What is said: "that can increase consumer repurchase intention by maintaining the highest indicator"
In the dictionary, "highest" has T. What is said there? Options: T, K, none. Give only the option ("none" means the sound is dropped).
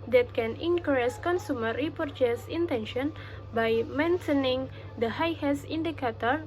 none